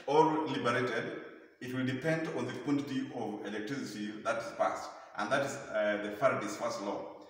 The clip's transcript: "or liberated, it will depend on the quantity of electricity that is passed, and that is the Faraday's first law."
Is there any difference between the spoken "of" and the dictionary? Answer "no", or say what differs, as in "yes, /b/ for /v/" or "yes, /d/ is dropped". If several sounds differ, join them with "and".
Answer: no